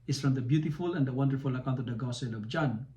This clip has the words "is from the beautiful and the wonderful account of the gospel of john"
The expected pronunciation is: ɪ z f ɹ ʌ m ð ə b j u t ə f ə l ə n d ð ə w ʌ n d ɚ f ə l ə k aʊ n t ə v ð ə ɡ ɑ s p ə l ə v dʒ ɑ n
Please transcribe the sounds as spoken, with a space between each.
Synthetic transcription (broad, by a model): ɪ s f ɹ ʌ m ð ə b j u t ə f ə l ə n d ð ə w ʌ n d ɚ f ə l ə k aʊ n t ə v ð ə ɡ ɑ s ə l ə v dʒ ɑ n